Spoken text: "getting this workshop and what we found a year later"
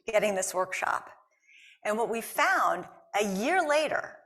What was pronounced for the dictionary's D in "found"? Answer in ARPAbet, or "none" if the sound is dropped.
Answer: D